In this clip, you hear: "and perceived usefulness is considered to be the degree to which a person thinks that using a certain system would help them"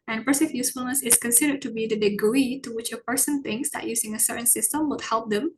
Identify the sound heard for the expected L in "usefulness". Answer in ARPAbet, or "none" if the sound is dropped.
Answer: L